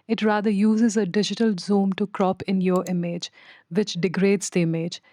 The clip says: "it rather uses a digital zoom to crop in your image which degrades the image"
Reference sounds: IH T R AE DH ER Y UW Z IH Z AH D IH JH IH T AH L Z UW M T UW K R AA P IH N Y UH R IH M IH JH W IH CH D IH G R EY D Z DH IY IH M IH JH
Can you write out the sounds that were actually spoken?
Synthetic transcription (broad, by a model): IH T R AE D ER Y UW Z IH Z AH D IH JH IH T AH L Z UW M T UW K R AA P IH N Y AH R IH M IH JH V IH CH D IH G R EY D Z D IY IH M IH JH